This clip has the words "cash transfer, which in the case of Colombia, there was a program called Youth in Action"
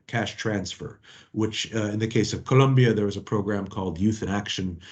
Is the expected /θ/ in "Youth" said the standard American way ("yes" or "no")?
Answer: yes